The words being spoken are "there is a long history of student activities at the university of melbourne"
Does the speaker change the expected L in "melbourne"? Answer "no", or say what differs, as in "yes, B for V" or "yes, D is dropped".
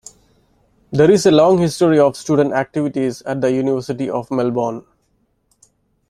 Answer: no